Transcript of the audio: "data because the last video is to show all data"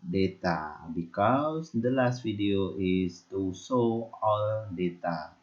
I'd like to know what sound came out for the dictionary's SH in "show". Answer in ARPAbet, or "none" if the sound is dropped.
S